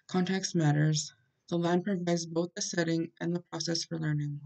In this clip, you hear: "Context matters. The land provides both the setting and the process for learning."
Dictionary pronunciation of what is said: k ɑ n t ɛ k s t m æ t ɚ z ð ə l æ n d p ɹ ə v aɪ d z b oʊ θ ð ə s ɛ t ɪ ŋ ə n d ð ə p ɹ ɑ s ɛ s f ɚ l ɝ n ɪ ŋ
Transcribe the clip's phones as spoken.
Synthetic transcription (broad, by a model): k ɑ n t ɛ k s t m æ t ɚ z ð ə l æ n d p ɹ ə v aɪ d z b oʊ θ ð ə s ɛ t ɪ ŋ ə n ð ə p ɹ ɑ s ɛ s f ɚ l ɝ n ɪ ŋ